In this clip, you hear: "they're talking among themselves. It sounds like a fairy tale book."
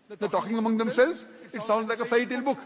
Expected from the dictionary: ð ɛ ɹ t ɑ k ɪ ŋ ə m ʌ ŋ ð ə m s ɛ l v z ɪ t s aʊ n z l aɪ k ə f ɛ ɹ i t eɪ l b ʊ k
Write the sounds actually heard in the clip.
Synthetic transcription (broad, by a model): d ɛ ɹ t ɑ k ɪ ŋ ə m ʌ ŋ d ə m s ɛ l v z ɪ t s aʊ n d l aɪ k ə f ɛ i t eɪ l b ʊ k